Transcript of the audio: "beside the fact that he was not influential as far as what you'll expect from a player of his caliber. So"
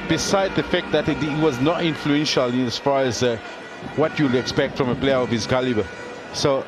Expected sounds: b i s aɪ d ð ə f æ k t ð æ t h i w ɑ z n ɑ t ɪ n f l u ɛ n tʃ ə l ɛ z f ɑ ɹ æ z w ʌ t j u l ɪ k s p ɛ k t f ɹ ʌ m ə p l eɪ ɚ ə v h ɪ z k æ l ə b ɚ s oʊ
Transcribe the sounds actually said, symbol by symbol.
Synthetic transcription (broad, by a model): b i s aɪ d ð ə f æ k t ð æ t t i w ɑ z n ɑ t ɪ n f l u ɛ n ʃ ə l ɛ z f ɑ ɹ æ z w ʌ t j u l ɪ k s p ɛ k t f ɹ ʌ m ə p l eɪ ɚ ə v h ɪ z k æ l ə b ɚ s oʊ